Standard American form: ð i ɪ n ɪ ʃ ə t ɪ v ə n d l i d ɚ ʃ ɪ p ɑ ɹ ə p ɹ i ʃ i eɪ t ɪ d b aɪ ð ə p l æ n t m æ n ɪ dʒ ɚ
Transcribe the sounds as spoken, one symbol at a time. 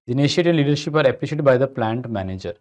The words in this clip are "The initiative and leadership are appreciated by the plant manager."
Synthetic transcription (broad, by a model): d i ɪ n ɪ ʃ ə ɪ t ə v l i d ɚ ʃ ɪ p ɑ ɹ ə p l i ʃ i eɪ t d b aɪ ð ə p l æ n t m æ n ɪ dʒ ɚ